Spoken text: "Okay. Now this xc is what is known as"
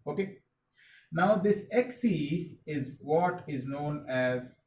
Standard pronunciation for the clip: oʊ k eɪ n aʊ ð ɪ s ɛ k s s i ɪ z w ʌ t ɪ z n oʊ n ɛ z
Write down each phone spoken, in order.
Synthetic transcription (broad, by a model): oʊ k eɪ n aʊ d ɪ s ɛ k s s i ɪ z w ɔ t ɪ z n oʊ n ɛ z